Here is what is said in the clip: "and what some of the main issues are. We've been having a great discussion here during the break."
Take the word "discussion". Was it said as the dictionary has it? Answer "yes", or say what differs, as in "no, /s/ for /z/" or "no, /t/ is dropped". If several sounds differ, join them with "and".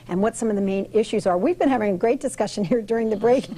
yes